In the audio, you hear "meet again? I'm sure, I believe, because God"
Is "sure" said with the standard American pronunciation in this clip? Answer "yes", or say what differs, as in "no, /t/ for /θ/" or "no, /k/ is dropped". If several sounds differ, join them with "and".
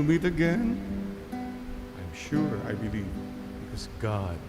yes